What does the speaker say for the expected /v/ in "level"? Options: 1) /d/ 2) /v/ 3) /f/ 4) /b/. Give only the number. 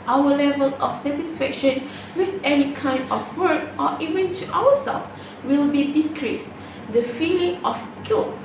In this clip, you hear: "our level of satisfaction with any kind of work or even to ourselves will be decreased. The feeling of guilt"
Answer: 2